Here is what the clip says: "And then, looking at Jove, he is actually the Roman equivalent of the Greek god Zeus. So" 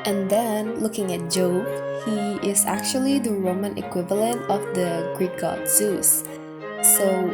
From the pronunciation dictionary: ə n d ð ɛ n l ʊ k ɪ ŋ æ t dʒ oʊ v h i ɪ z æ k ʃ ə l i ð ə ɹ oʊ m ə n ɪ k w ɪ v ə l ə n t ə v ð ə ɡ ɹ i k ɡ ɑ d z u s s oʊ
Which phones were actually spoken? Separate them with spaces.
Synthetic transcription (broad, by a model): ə n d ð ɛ n l ʊ k ɪ ŋ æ t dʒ oʊ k h i ɪ z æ k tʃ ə l i ð ə ɹ oʊ m ə n ɪ k w ɪ v ə l ə n t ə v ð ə ɡ ɹ i k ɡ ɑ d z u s s oʊ